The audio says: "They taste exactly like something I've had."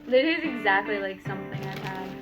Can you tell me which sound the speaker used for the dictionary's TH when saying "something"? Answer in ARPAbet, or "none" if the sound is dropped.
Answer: TH